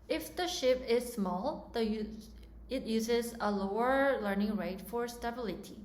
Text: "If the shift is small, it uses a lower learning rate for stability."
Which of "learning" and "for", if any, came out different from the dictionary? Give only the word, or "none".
none